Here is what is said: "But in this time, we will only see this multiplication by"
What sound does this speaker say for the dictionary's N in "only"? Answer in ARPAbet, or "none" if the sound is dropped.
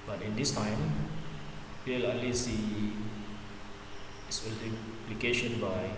none